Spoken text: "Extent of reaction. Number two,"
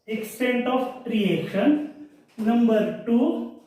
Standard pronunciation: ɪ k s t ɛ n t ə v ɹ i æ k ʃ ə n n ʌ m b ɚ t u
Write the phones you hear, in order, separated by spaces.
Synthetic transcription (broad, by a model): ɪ k s t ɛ n t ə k ɹ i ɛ ʃ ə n n ʌ m b ɚ t u